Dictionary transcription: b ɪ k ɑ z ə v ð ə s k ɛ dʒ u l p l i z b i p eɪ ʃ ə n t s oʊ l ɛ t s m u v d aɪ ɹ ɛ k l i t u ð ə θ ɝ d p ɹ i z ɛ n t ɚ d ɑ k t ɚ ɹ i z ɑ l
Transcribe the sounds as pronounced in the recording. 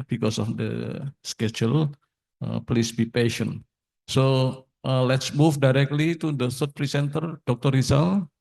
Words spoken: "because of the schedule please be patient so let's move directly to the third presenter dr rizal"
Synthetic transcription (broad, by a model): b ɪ k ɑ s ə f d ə s k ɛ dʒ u l p l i s b i p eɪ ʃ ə n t s oʊ l ɛ t s m u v d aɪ ɹ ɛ k l i t u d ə s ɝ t p ɹ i s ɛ n t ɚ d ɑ k t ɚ ɹ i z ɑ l